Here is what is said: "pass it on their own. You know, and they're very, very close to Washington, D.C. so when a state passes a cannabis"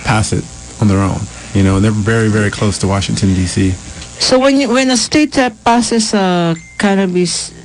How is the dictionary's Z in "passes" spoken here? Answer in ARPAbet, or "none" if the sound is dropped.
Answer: S